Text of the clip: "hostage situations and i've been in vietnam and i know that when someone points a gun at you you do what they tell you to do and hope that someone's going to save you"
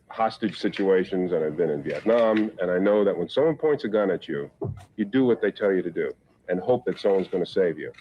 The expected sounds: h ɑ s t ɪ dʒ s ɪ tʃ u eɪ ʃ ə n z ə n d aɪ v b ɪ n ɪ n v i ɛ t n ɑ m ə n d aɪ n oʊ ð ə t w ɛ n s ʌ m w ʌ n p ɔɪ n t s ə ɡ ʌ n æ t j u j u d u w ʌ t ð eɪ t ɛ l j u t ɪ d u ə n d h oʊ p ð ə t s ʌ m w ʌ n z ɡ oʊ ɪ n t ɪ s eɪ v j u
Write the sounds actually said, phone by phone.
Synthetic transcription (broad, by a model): h ɑ s t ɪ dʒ s ɪ tʃ u eɪ ʃ ə n z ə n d aɪ v b ɪ n ɪ n v i ɛ t n ɑ m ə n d aɪ n oʊ ð ə t w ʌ n s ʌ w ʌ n p ɔɪ n t s ə ɡ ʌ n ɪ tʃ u j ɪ d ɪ w ʌ t ð eɪ t ɛ l j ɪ t ɪ d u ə n h oʊ p ð ə t s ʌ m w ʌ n z ɡ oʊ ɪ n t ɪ s eɪ v j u